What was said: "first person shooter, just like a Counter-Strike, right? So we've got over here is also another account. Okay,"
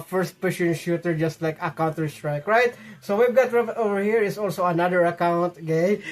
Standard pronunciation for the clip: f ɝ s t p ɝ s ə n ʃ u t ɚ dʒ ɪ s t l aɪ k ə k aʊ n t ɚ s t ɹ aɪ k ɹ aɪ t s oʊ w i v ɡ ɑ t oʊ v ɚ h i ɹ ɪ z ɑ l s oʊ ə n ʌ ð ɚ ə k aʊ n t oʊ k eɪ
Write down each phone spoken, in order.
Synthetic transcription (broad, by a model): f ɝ s t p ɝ ʃ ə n ʃ u t ɚ dʒ ɪ s t l aɪ k ə k aʊ n t ɚ s t ɹ aɪ k ɹ aɪ t s oʊ w i v ɡ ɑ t oʊ v ɚ h i ɹ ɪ s ɑ l s oʊ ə n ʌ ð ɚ ə k aʊ n t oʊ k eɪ